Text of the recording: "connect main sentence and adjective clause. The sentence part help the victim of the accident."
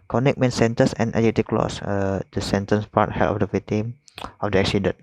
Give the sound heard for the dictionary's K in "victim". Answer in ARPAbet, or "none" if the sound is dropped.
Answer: none